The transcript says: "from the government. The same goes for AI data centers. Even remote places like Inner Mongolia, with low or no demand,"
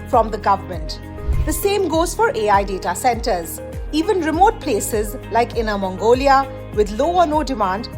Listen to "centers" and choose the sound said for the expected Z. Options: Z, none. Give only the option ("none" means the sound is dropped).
Z